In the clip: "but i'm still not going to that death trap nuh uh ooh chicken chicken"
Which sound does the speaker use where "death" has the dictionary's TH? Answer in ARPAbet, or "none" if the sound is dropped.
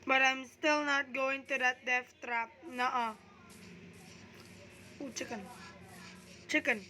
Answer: F